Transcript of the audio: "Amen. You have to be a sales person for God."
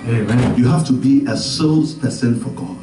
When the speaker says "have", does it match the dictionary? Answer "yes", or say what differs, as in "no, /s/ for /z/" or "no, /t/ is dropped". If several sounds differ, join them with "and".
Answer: no, /f/ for /v/